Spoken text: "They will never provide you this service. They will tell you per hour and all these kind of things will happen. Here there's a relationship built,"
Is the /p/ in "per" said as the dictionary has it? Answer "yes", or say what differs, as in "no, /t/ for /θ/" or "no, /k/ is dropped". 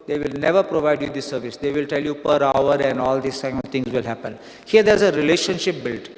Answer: yes